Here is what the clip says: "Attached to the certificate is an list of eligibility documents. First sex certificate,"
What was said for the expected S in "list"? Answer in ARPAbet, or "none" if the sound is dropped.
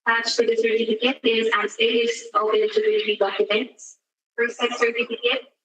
none